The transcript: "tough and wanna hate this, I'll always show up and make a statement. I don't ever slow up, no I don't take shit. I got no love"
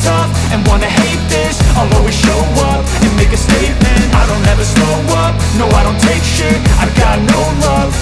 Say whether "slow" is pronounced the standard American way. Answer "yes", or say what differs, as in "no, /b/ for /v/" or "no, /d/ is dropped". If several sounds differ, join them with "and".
no, /l/ is dropped